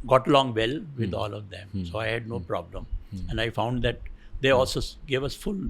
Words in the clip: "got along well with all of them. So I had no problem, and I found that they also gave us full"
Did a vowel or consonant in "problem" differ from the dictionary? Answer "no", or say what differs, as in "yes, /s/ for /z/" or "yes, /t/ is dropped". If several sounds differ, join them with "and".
no